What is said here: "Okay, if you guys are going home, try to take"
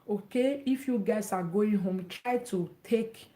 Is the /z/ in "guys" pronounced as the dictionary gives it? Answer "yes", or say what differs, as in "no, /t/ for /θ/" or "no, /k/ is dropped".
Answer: no, /s/ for /z/